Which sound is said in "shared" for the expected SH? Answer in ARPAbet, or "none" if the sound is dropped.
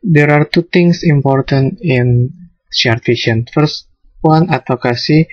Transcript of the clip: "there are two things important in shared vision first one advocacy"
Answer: S